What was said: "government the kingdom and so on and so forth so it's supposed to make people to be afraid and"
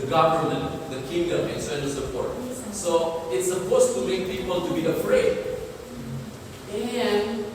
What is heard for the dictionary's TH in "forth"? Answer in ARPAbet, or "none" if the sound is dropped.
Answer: T